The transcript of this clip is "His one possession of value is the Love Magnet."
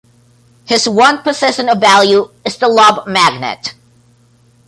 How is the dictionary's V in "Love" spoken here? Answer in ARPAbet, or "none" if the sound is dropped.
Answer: B